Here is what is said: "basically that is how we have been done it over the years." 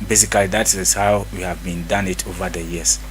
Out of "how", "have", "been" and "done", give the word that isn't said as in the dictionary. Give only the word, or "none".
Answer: none